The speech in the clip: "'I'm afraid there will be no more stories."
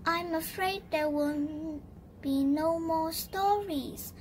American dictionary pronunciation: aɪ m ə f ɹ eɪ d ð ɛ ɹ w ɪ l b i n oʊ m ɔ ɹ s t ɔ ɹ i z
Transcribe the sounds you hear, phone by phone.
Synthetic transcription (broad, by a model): aɪ m ə f ɹ eɪ d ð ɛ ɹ w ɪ n b i n oʊ m ɔ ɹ s t ɔ ɹ i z